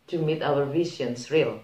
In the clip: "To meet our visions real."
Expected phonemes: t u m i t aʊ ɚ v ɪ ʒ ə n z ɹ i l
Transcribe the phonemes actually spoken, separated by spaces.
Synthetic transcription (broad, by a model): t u m i t aʊ ɚ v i s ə n s ɹ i l